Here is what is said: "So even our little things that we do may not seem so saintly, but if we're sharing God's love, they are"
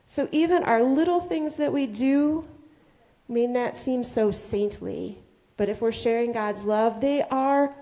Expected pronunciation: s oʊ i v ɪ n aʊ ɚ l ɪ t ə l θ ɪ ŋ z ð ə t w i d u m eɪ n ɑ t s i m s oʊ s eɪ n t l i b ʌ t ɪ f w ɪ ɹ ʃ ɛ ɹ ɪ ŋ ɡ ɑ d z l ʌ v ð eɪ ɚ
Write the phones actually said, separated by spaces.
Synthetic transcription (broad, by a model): s oʊ i v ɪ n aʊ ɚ l ɪ t l θ ɪ ŋ z ð ə t w i d u m eɪ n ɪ t s i m s oʊ s eɪ n t l i b ʌ t ɪ f w ɪ ɹ ʃ ɛ ɹ ɪ ŋ ɡ ɑ d z l ʌ v ð eɪ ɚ